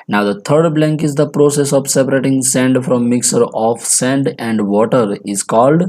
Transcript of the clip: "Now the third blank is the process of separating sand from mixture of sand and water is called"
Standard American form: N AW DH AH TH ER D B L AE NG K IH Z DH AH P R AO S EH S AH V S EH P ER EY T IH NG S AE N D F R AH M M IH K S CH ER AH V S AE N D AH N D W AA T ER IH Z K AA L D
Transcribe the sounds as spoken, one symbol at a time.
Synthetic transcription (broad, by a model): N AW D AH T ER D B L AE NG K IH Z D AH P R AO S EH S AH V S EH P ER EY T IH NG S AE N D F R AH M M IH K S ER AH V S AE N D AH N D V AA T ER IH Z K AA L D